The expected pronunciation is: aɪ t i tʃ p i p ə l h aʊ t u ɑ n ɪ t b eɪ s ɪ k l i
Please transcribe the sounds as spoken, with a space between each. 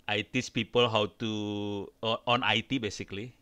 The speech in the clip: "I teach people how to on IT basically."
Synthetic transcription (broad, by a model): aɪ t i s p i p ə l h aʊ t u ɑ n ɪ t b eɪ s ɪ k l i